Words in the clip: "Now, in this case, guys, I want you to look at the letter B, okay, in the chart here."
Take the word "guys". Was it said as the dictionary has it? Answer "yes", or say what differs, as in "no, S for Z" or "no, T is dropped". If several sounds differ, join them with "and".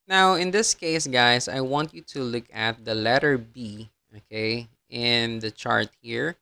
no, S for Z